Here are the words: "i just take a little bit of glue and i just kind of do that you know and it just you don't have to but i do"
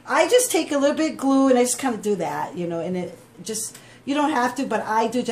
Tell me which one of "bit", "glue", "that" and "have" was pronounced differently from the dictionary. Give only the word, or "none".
have